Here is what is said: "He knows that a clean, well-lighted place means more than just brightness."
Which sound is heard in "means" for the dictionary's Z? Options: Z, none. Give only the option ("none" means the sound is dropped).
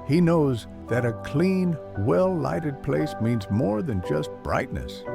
Z